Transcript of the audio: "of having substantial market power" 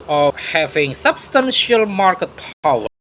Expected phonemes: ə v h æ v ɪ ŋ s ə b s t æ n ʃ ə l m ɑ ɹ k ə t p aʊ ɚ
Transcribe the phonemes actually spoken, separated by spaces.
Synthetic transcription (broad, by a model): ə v h æ v ɪ ŋ s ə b s t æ n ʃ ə l m ɑ ɹ k ə t p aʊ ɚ